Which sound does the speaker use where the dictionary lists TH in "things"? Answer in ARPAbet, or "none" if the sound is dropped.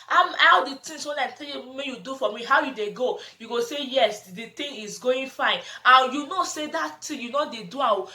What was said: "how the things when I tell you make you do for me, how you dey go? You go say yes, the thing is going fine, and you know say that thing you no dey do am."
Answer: T